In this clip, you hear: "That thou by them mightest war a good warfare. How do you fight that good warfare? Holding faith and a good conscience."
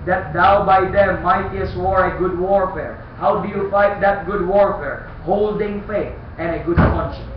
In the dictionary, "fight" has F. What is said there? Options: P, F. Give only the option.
F